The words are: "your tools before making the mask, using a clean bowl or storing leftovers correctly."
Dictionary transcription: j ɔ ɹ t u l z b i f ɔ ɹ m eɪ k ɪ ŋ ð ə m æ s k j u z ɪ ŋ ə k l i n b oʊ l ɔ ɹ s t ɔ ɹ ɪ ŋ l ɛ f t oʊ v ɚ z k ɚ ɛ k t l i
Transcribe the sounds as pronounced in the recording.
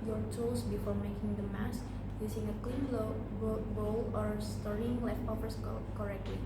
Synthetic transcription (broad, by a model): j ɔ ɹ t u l s b i f ɔ ɹ m eɪ k ɪ ŋ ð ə m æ s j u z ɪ ŋ ə k l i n b oʊ l ɔ ɹ s t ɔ ɹ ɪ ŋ l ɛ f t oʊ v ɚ s k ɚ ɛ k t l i